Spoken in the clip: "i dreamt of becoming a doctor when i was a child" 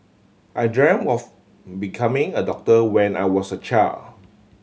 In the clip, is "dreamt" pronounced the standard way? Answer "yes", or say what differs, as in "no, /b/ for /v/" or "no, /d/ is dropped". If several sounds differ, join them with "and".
no, /t/ is dropped